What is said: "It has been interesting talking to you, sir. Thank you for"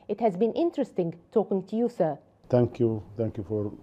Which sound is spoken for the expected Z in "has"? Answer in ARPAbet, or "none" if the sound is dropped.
Z